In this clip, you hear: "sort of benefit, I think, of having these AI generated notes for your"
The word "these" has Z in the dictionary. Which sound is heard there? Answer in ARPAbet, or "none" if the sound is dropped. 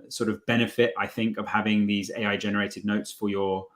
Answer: Z